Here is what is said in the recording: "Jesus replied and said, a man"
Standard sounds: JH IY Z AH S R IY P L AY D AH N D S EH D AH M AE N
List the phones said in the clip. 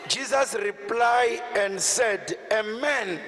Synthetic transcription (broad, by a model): JH IY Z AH S R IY P L AY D AH N D S EH D AH M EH N